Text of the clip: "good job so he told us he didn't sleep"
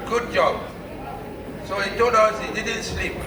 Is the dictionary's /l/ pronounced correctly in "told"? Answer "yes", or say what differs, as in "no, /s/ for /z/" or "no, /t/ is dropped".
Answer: no, /l/ is dropped